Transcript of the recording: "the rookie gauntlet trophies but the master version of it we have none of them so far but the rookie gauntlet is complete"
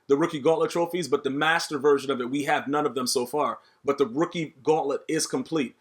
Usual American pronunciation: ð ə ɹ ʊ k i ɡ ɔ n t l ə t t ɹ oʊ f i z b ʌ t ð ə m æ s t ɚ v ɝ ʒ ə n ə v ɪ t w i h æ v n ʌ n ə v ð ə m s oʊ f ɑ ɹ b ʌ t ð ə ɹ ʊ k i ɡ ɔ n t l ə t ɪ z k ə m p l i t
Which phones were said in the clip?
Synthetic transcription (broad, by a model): ð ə ɹ ʊ k i ɡ ɔ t l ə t t ɹ oʊ f i z b ʌ t ð ə m æ s t ɚ v ɝ ʒ ə n ə v ɪ t w i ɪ v n ʌ n ə v ð ə m s oʊ f ɑ ɹ b ʌ t ð ə ɹ ʊ k i ɡ ɔ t l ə t ɪ z k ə m p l i t